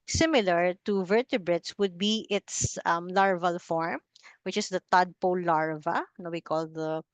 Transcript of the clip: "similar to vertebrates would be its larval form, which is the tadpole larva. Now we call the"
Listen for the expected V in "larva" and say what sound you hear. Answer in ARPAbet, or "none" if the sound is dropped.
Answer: V